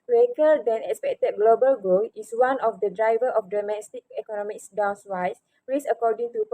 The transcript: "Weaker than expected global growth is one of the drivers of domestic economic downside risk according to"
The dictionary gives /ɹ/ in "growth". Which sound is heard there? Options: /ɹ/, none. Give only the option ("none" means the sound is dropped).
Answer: none